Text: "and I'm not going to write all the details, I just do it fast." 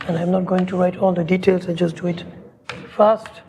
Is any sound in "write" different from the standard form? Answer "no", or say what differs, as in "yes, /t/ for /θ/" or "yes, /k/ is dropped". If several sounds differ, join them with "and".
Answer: no